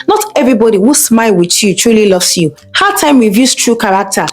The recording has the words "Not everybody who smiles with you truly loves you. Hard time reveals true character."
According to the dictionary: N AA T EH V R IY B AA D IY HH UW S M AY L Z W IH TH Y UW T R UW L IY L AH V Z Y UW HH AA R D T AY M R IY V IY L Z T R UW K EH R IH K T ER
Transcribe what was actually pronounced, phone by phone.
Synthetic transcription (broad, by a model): N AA T EH V R IY B AA D IY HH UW S M AY L W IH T Y UW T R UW L IY L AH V S Y UW HH AA T AY M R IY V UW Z T R UW K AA R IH K T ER